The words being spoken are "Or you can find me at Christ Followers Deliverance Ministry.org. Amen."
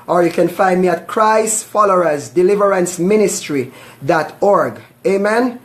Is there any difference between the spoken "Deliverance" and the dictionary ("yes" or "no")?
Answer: no